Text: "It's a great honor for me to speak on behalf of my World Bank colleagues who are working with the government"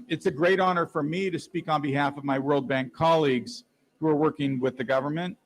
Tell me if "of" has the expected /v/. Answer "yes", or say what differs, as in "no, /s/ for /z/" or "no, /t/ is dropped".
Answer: yes